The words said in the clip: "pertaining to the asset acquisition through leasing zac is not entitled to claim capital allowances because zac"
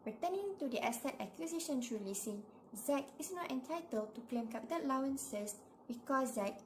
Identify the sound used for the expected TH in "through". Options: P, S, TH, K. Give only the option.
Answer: S